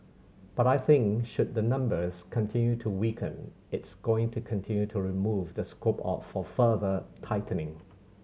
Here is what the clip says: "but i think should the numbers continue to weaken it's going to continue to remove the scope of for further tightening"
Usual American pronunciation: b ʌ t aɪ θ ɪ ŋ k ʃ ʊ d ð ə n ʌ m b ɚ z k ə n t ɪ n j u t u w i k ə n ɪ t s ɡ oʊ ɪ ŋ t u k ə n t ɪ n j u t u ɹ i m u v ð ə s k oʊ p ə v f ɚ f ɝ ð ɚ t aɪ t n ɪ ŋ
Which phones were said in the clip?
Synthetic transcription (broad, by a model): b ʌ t aɪ θ ɪ ŋ k ʃ ʊ d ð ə n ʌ m b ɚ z k ə n t ɪ n j u t u w i k ə n ɪ t s ɡ oʊ ɪ ŋ t u k ə n t ɪ n j u t u ɹ i m u v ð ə s k oʊ p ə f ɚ f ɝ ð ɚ t aɪ t n ɪ ŋ